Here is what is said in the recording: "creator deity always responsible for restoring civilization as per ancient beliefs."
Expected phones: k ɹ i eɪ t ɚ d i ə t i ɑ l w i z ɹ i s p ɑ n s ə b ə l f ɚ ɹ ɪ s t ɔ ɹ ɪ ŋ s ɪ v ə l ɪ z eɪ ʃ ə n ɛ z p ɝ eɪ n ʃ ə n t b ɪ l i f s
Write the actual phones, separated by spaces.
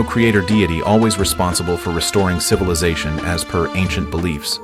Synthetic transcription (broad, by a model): k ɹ i eɪ t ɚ d i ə t i ɑ l w i z ɹ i s p ɑ n s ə b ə l f ɚ ɹ ɪ s t ɔ ɹ ɪ ŋ s ɪ v ə l ɪ z eɪ ʃ ə n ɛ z p ɝ eɪ n ʃ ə n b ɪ l i f s